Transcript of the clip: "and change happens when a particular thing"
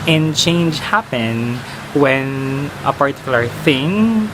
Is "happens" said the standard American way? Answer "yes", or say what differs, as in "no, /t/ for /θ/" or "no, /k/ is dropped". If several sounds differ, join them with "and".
no, /z/ is dropped